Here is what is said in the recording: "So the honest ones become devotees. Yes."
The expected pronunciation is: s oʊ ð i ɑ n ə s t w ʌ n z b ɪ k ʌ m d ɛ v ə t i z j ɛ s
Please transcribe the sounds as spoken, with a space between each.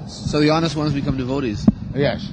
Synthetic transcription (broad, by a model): s oʊ ð i ɑ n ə s t w ʌ n z b ɪ k ʌ m d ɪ v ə t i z j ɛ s